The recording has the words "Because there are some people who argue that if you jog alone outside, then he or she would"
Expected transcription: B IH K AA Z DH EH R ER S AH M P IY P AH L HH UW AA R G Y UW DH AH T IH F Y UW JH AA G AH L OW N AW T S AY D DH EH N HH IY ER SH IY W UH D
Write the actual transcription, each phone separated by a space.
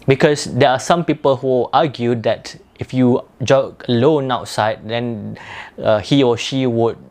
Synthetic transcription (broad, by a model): B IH K AA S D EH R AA S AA M P IY P AH L HH UW AA G Y UW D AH T IH F Y UW JH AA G AH L OW N AW T S AY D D EH N HH IY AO SH IY W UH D